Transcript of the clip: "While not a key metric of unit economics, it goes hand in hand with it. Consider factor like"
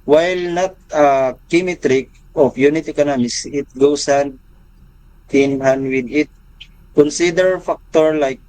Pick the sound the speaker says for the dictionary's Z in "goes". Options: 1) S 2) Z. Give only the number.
1